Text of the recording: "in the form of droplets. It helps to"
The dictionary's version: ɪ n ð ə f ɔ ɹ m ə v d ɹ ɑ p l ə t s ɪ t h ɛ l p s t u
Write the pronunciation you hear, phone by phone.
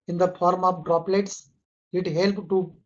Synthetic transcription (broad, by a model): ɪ n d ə f ɔ ɹ m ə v d ɹ ɑ p l ə t s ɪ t h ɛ l p t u